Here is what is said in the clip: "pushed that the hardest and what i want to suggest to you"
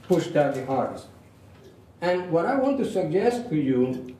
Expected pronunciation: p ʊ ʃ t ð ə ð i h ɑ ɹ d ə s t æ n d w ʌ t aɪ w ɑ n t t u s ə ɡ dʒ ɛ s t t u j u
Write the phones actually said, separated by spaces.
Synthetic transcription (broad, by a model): p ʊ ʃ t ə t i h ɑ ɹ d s æ n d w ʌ t aɪ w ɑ n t t u s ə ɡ dʒ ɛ s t t u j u